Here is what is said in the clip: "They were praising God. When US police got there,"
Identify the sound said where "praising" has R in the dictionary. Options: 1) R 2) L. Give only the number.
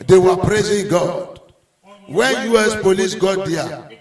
1